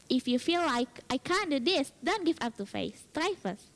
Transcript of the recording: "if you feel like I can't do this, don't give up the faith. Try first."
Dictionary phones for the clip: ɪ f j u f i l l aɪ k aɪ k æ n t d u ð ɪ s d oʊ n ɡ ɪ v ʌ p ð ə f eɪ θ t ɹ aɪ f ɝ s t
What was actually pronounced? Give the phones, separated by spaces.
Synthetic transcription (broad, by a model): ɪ f j u f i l l aɪ k aɪ k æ n d u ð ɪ s d oʊ n ɡ ɪ v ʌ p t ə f eɪ s t ɹ aɪ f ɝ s